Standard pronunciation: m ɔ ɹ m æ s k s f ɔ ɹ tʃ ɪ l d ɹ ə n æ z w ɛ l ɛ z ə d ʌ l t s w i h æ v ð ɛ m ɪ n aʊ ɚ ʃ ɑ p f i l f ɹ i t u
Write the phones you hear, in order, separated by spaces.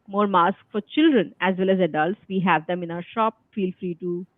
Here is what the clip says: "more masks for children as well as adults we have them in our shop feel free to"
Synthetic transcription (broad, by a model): m ɔ ɹ m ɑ s k f ɔ ɹ tʃ ɪ l d ɹ ə n æ z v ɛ l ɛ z ə d ʌ l t s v i h æ v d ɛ m ɪ n aʊ ɚ ʃ ɑ p f i l f ɹ i t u